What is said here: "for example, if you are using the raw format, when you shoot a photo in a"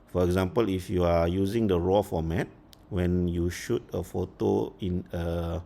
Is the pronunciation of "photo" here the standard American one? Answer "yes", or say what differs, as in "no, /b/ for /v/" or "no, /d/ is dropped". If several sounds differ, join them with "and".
yes